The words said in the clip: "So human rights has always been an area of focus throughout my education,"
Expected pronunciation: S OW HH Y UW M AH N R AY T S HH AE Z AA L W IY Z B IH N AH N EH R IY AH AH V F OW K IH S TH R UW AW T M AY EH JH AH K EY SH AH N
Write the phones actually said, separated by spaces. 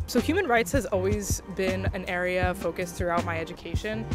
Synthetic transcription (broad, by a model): S OW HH Y UW M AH N R AY T S HH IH Z AA L W IY Z B IH N AH N EH R IY AH AH V F OW K IH S TH R UW AW T M AY EH JH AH K EY SH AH N